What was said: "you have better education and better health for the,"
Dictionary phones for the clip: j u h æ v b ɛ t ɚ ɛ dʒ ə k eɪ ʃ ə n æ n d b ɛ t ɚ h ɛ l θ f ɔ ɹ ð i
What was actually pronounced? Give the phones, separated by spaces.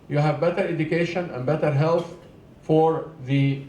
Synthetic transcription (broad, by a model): j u h æ v b ɛ t ɚ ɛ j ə k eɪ ʃ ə n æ n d b ɛ t ɚ h ɛ l θ f ɔ ɹ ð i